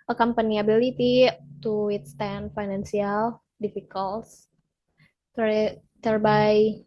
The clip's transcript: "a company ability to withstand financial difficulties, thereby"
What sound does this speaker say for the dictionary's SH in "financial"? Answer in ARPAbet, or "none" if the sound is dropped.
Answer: S